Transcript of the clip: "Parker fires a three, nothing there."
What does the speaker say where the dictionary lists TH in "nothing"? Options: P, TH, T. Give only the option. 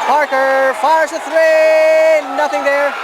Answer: TH